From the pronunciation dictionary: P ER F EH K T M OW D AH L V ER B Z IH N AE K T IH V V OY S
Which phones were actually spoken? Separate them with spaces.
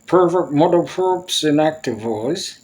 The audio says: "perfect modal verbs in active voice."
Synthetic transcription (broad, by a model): P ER F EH K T M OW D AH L P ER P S IH N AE K T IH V V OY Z